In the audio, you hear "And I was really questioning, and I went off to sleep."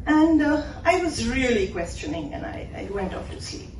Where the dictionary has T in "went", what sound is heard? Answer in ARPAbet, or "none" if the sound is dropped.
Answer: T